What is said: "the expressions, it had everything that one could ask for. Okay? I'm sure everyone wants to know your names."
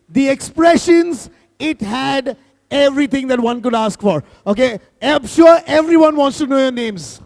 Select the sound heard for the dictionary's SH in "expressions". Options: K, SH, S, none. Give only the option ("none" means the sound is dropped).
SH